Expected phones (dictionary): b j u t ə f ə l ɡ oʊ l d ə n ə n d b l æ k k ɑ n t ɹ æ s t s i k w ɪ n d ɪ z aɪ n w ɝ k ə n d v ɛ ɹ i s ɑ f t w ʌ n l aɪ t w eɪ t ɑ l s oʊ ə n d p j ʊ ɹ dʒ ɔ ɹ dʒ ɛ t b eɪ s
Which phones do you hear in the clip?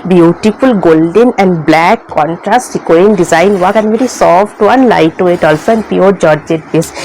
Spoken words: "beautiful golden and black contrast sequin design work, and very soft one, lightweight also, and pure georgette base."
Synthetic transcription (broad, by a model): b j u t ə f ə l ɡ oʊ l d ə n ə n d b l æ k k ɑ n t ɹ æ s t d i k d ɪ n d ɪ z aɪ n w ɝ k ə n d v ɛ ɹ i s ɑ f t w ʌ n l aɪ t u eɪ t ɑ l s oʊ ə n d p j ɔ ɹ dʒ ɔ ɹ dʒ ɛ t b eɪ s